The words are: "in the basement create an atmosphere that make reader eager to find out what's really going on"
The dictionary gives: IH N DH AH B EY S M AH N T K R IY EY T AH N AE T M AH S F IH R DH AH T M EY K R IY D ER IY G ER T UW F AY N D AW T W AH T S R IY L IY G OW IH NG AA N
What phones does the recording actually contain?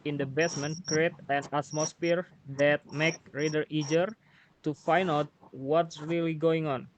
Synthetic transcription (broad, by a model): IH N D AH B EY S M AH N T K R IY EY T AH N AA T M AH S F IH R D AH T M EY K R IY D ER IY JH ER T UW F AY N AW T W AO T S R IY L IY G OW IH NG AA N